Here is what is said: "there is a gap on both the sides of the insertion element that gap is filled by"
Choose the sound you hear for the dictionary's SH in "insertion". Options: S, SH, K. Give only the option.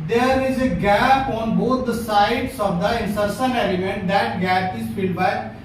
S